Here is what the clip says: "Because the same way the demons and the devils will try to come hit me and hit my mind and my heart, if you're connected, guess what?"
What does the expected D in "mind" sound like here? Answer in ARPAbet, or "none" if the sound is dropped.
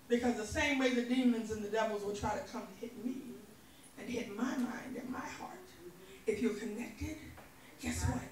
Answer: D